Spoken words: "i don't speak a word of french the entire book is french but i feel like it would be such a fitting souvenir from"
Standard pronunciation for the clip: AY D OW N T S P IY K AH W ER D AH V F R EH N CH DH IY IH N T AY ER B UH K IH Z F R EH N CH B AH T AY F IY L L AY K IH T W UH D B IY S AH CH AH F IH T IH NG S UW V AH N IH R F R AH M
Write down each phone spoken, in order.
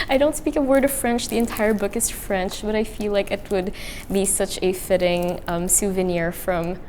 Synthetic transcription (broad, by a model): AY D OW N T S P IY K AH W ER D AH V F R EH N CH DH IY IH N T AY ER B UH K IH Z F R EH N CH B AH T AY F IY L L AY K IH T W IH D B IY S AH CH AH F IH T IH NG S UW V AH N IH R F R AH M